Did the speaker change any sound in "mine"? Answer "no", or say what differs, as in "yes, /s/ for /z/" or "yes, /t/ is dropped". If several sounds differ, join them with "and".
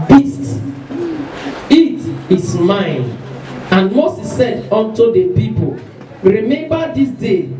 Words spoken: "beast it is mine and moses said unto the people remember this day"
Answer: no